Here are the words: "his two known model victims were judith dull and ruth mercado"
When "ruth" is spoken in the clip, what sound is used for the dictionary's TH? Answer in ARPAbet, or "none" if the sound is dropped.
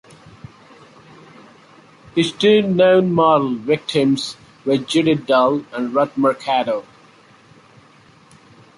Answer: T